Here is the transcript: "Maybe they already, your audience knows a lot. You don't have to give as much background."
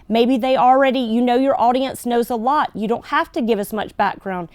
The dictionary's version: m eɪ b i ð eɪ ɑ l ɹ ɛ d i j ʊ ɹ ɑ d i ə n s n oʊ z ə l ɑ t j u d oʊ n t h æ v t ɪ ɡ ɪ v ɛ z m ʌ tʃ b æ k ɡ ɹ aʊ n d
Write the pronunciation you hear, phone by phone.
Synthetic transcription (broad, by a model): m eɪ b i ð eɪ ɑ l ɹ ɛ d i j ʊ ɹ ɑ d i ə n s n oʊ z ə l ɑ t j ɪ d oʊ n t h æ f t ɪ ɡ ɪ v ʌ s m ʌ tʃ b æ k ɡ ɹ aʊ n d